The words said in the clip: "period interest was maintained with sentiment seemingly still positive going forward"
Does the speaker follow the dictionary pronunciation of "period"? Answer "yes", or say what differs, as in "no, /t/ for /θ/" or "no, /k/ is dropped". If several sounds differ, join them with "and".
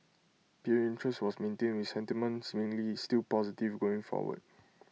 no, /d/ is dropped